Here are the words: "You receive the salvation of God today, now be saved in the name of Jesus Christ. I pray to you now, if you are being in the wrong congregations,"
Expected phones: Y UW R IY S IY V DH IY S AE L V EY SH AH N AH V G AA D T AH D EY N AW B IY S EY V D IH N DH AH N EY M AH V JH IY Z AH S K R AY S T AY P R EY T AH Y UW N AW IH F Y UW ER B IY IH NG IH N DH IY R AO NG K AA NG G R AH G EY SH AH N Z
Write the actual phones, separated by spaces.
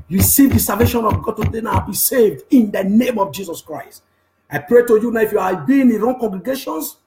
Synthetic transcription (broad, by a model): R IY S IY V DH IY S AE L V EY SH AH N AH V G AA D T AH D EY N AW B IY S EY V D IH N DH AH N EY M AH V JH IY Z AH S K R AY S T AY P R EY T AH Y UW N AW IH F Y UW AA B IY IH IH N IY R AO NG K AA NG G R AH G EY SH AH N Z